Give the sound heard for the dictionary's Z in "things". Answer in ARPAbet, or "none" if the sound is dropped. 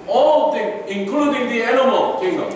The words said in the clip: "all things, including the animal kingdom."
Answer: none